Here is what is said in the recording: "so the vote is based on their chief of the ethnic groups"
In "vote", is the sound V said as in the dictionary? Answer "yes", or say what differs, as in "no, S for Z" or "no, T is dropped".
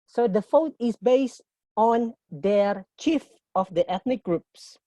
no, F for V